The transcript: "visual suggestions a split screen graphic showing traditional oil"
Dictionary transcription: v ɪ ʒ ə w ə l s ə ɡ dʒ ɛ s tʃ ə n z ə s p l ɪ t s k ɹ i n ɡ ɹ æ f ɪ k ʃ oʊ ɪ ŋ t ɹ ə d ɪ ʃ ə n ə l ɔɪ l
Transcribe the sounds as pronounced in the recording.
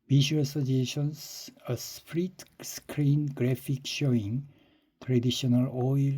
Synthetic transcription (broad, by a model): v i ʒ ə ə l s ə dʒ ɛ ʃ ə n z ə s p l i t s k ɹ i n ɡ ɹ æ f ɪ k ʃ oʊ ɪ ŋ t ɹ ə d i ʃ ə n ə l ɔɪ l